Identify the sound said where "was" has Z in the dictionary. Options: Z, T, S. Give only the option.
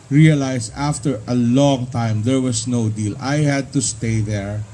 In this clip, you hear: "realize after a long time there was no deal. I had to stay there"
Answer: S